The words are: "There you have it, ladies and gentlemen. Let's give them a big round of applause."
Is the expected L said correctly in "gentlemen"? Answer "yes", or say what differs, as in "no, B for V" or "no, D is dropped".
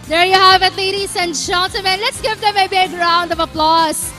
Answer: no, L is dropped